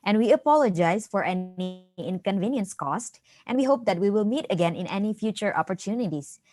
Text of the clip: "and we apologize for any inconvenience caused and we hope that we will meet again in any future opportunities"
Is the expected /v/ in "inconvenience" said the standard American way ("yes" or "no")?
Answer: yes